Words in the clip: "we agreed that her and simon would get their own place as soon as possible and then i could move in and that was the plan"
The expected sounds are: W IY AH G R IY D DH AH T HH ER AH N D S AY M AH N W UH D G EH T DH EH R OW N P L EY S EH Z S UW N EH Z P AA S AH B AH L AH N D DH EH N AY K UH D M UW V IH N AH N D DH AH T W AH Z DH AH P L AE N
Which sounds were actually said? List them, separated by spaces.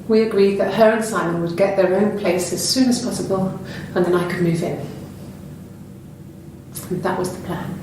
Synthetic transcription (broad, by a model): W IY AH G R IY D DH AH T HH ER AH N S AY M AH N W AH D G EH T DH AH R OW N P L EY S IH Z S UW N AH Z P AA S AH B AH L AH N DH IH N AY K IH D M UW V IH N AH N DH AH T W AH Z DH AH P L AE N